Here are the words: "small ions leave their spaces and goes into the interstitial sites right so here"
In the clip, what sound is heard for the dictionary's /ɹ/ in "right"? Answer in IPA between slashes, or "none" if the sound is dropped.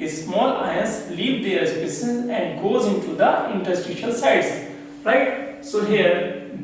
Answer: /ɹ/